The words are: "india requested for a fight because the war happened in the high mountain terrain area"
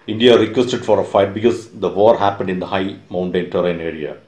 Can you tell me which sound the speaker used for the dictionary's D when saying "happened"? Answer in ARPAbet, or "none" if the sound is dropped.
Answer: D